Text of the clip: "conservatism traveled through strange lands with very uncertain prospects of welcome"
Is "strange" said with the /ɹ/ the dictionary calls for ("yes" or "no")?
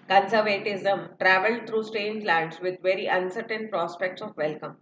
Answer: no